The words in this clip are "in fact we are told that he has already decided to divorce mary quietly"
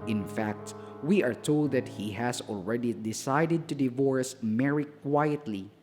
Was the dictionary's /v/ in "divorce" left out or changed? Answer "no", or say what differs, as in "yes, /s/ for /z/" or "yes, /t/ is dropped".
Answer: no